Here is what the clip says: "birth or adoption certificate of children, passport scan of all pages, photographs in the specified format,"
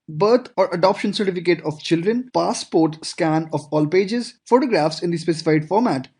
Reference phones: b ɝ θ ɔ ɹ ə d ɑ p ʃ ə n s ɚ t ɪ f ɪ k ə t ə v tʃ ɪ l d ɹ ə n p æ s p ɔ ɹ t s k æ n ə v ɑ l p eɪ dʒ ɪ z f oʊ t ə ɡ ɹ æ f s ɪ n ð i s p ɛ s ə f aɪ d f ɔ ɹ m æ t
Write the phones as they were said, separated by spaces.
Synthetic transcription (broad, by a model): b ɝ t ɔ ɹ ə d ɑ p ʃ ə n s ɚ t ɪ f ɪ k ə t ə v tʃ ɪ l d ɹ ə n p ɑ s p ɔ ɹ t s k æ n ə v ɑ l p eɪ dʒ ɪ z f oʊ t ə ɡ ɹ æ f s ɪ n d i s p ɛ s ə f aɪ d f ɔ ɹ m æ t